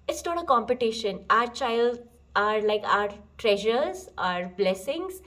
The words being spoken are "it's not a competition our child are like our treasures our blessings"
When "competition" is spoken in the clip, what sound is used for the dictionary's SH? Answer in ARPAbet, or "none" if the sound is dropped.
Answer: SH